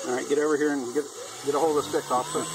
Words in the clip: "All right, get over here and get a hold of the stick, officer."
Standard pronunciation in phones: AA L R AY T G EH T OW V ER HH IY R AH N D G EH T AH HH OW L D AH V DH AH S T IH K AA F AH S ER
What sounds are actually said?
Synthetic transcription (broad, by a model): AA R AY T G EH T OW V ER HH IY R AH N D G EH T AH HH OW L AH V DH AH S T IH K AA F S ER